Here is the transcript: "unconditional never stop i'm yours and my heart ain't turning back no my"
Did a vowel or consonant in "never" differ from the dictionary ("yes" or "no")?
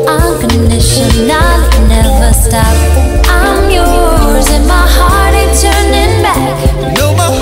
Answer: no